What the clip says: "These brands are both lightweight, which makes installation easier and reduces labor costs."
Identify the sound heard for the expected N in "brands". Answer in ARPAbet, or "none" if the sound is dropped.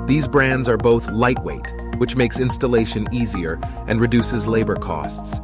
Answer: N